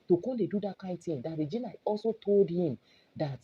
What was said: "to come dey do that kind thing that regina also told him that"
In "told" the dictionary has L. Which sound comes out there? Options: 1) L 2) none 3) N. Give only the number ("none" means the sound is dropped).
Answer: 1